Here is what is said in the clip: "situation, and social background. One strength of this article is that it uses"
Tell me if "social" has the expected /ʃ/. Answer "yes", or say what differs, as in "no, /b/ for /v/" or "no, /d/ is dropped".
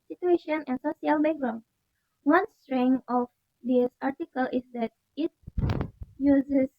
no, /s/ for /ʃ/